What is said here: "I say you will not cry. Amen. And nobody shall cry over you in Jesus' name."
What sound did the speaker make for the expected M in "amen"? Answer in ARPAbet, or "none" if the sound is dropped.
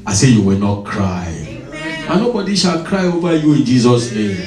none